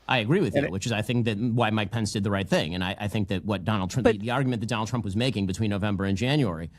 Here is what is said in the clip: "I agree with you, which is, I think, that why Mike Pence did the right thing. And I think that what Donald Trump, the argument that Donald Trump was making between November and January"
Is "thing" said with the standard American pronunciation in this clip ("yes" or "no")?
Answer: yes